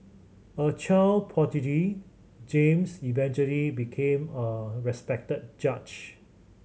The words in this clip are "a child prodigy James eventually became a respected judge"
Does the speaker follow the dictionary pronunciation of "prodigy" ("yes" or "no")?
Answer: no